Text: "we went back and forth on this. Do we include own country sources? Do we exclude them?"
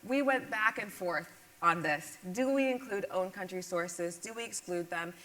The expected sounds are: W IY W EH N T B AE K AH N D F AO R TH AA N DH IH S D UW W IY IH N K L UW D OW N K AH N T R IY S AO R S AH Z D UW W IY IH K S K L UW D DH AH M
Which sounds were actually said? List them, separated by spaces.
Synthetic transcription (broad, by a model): W IY W EH N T B AE K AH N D F AO R TH N DH IH S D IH W IY IH N K L UW D OW N K AH N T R IY S AO R S AH Z D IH W IY IH K S K L UW D DH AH M